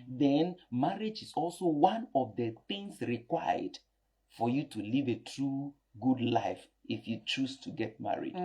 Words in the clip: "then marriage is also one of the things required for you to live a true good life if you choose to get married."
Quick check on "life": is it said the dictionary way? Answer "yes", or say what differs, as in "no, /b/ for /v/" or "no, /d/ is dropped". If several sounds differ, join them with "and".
yes